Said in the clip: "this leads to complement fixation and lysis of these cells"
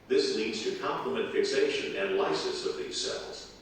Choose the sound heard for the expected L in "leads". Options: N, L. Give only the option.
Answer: N